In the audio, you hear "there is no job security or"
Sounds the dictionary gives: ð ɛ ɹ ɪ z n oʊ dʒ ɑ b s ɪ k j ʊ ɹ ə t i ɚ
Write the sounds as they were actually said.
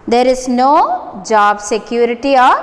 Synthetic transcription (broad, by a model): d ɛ ɹ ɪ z n oʊ dʒ ɑ b s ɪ k j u ɹ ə t i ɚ